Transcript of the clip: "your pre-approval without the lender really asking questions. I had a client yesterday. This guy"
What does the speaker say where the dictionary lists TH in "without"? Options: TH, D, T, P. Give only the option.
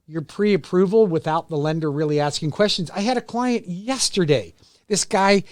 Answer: TH